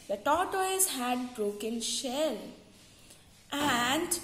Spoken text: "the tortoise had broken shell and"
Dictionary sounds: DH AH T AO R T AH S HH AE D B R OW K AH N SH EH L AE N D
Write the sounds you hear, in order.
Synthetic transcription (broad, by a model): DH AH T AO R T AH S HH AE D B R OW K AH N SH EH L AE N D